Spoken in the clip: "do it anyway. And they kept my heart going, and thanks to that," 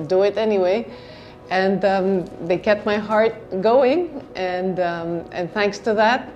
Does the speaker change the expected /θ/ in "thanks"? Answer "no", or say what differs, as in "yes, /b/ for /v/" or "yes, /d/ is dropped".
no